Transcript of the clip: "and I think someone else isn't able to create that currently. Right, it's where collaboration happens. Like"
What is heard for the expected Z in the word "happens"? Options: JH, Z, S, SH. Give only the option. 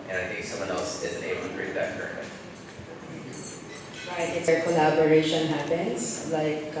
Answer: S